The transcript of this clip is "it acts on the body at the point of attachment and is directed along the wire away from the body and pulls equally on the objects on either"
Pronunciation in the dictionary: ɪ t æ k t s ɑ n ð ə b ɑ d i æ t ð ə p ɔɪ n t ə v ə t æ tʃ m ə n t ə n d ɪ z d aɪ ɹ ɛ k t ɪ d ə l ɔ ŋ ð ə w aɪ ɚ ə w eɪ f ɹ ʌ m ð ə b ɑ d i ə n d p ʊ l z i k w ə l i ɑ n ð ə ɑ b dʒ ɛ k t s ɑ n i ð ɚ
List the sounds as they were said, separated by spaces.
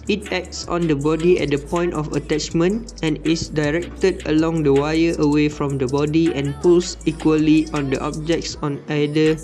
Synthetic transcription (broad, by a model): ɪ t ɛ k t s ɑ n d ə b ɑ d i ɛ t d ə p ɔɪ n t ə f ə t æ tʃ m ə n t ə n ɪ s d aɪ ɹ ɛ k t ɪ d ə l ɔ ŋ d ə w aɪ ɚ ə w eɪ f ɹ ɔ m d ə b ɑ d i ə n p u l s i k w ə l i ɑ n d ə ɑ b dʒ ɛ k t s ɑ n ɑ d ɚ